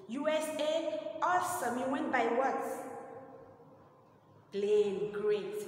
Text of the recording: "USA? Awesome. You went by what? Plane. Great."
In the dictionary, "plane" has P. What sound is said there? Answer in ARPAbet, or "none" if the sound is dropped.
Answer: B